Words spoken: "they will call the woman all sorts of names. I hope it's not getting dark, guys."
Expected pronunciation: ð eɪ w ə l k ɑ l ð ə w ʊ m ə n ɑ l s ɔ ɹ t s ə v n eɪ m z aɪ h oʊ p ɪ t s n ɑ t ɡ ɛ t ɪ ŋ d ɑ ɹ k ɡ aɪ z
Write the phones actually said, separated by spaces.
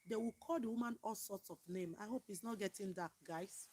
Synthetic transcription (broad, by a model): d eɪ w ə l k ɑ l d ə w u m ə n ɑ l s ɔ t s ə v n eɪ m aɪ h oʊ p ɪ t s n ɑ t ɡ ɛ t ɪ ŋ d ɑ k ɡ aɪ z